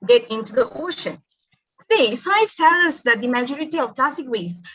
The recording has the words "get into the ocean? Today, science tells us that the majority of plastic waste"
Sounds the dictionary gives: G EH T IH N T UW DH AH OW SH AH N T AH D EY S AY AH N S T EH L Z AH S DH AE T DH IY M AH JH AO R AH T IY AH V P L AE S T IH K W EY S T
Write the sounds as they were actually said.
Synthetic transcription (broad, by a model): G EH T IH N T UW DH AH OW SH AH N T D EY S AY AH S T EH L AH S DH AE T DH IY M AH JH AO R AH T IY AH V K L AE S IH K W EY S